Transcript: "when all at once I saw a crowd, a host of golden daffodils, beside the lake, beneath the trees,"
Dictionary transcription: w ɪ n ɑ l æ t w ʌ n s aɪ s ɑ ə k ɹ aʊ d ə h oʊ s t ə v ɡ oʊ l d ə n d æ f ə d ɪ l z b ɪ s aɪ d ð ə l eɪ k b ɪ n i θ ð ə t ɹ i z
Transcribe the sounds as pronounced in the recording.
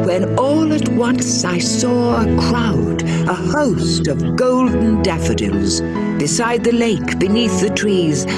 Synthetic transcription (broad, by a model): w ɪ n ɑ l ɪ t w ʌ n s aɪ s ɑ ə k ɹ aʊ d ə h oʊ s t ə v ɡ oʊ l d n d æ f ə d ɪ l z b ɪ s aɪ d ð ə l eɪ k b ɪ n i θ ð ə t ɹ i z